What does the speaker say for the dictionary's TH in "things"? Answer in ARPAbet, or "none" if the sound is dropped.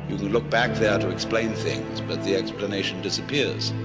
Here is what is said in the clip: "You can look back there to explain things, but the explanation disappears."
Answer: TH